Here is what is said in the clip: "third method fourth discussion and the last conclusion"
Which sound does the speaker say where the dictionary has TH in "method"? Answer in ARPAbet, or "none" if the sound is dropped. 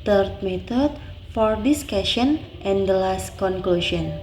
T